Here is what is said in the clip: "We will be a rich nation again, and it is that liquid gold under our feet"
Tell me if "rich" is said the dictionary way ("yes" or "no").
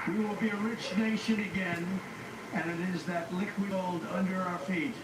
yes